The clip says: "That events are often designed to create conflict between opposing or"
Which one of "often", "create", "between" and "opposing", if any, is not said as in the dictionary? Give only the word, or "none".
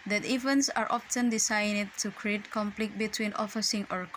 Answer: opposing